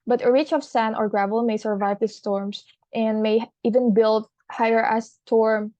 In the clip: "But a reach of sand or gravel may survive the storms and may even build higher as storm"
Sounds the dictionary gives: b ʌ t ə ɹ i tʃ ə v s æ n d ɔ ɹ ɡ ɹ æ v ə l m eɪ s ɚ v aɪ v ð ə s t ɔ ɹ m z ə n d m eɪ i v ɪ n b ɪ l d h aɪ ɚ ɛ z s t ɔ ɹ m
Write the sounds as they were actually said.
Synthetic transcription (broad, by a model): b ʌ t ə ɹ i tʃ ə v s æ n ɔ ɹ ɡ ɹ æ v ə l m eɪ s ɚ v aɪ v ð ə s t ɔ ɹ m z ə n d m eɪ i v ɪ n b ɪ l d h aɪ ɚ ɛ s t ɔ ɹ m